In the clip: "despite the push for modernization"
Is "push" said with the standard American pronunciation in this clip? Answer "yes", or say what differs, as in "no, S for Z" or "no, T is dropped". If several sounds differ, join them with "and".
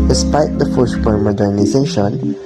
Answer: no, F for P